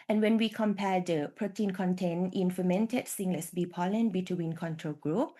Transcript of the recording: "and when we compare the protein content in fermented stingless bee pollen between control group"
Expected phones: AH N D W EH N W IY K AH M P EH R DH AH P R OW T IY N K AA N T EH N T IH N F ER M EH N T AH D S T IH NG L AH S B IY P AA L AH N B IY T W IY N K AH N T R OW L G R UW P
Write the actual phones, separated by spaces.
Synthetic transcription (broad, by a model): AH N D W EH N W IY K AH M P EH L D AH P R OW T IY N K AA N T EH N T IH N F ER M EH N T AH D S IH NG L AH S B IY P AA L AH N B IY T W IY N K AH N T R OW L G R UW P